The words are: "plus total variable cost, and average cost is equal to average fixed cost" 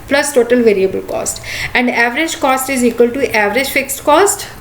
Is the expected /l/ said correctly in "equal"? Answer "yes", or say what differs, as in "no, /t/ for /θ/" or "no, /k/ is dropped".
yes